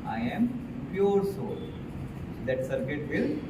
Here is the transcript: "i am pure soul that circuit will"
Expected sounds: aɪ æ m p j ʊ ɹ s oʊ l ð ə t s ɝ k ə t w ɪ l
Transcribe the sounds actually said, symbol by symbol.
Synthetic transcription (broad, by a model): aɪ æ m p j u ɹ s oʊ l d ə t s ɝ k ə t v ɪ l